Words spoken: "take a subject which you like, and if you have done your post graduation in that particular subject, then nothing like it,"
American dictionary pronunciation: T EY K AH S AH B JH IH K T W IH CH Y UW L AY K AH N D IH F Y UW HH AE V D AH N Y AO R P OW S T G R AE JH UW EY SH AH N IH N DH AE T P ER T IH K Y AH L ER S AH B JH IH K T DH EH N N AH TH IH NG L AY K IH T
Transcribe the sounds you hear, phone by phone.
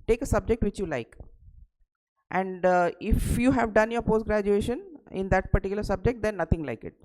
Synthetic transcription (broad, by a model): T EY K AH S AH B JH IH K T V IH CH Y UW L AY K AH N D IH F Y UW HH AE V D AH N Y AO R P OW S T G R AE JH UW EY SH AH N IH N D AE T P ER T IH K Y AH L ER S AH B JH IH K T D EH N N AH T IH NG L AY K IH T